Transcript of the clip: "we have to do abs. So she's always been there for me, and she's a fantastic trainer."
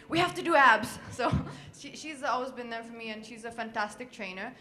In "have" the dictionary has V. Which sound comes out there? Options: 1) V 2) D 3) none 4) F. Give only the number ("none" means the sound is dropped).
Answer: 4